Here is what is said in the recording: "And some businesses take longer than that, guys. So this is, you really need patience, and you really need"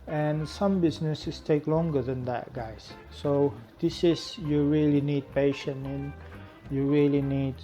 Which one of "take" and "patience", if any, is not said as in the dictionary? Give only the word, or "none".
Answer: patience